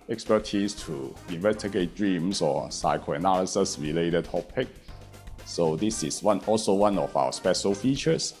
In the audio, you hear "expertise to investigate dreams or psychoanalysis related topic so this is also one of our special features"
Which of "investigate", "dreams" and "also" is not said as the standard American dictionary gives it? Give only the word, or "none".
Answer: dreams